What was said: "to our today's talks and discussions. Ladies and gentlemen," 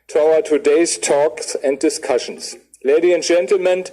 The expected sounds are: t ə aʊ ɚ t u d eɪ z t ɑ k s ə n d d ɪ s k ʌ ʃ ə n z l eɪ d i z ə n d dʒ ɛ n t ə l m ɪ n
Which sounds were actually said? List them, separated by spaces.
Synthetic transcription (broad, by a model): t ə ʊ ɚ t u d eɪ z t ɑ k s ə n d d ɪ s k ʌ ʃ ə n s l eɪ d i ə n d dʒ ɛ n t l m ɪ n